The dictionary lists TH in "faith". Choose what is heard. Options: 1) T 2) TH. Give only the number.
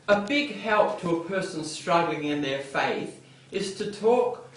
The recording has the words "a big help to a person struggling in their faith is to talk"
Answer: 2